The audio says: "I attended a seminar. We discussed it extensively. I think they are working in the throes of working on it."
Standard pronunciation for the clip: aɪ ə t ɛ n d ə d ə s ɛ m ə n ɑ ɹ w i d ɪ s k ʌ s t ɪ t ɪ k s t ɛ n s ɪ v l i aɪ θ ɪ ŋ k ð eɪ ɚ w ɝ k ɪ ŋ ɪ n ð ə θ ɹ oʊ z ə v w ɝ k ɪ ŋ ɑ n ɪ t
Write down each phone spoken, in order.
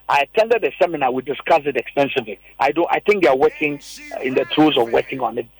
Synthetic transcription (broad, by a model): aɪ ə t ɛ n d ə d ə s ɛ m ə n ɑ w i d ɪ s k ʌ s ɪ t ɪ k s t ɛ n s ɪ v l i aɪ θ ɪ ŋ k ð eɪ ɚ w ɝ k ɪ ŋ ɪ n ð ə t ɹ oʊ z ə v w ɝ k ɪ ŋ ɑ n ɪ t